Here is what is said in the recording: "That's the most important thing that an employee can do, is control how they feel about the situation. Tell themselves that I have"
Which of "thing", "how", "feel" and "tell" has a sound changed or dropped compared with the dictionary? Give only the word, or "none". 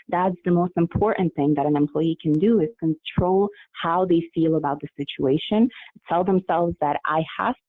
none